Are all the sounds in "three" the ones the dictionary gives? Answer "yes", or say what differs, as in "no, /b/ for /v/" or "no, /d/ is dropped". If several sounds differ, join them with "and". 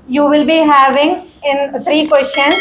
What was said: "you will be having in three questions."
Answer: no, /t/ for /θ/